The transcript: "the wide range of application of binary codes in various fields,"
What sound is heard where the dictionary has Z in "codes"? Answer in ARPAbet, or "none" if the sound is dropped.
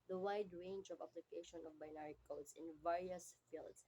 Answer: S